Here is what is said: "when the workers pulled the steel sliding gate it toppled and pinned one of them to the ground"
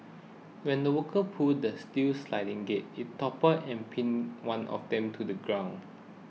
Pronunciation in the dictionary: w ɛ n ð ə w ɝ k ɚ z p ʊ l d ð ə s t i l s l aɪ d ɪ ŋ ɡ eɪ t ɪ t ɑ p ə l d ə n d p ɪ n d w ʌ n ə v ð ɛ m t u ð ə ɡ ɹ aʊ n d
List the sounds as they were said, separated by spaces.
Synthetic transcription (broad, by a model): w ɛ n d ə w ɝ k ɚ p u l d ə s t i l s l aɪ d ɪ ŋ ɡ eɪ t ɪ t ɑ p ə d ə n p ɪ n w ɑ n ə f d ɛ m t u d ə ɡ ɹ aʊ n